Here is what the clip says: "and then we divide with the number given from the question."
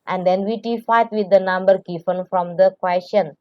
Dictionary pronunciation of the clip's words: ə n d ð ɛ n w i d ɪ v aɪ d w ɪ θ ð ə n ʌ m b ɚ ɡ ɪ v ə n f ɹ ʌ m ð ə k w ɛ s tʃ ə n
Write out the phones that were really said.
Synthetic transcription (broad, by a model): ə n d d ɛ n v i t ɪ f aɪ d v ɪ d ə n ʌ m b ɚ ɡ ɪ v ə n f ɹ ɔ m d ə k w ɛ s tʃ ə n